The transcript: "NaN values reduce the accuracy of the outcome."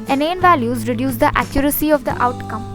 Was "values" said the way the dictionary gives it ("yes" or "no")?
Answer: yes